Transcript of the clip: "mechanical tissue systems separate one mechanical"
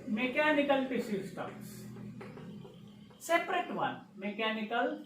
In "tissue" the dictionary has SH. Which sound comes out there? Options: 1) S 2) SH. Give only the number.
1